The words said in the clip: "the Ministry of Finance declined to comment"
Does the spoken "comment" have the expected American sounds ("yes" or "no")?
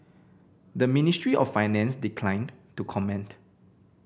yes